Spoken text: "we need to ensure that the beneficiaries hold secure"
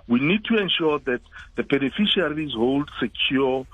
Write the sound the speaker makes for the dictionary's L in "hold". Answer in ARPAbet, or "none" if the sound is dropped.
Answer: L